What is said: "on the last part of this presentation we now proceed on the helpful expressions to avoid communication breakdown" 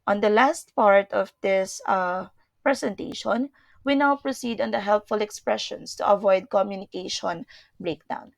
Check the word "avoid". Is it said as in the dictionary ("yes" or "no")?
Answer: yes